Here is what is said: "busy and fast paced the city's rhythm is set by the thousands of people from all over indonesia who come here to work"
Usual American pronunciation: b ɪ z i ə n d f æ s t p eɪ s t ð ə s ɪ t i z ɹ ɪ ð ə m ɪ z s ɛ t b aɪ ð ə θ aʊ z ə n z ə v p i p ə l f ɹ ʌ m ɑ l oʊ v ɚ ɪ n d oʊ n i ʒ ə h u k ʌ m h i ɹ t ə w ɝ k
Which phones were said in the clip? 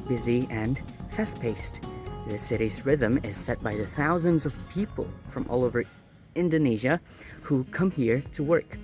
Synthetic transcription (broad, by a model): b ɪ z i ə n f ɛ s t p eɪ s t ð ə s ɪ t i z ɹ ɪ ð ə m ɪ z s ɛ t b aɪ ð ə θ aʊ z ə n z ə v p i p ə l f ɹ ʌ m ɑ l oʊ v ɚ ɪ n d oʊ n i ʒ ə h u k ʌ m h i ɹ t ə w ɝ k